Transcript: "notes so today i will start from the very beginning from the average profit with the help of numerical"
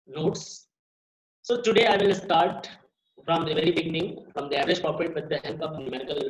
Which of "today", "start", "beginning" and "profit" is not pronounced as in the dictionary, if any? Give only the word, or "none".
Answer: profit